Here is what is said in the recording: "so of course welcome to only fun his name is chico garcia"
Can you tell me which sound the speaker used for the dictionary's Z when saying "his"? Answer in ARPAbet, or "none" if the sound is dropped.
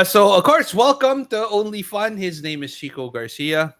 Z